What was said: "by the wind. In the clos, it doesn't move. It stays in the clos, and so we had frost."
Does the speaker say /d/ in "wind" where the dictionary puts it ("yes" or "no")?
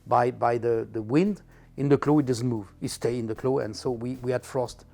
yes